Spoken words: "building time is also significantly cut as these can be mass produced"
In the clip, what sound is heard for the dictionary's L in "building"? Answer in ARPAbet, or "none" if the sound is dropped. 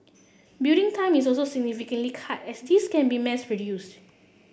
none